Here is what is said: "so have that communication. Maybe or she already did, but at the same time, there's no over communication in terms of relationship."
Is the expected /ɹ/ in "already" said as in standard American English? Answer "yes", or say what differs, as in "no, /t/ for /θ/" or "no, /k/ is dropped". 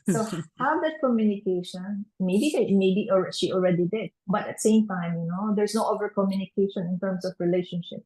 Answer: yes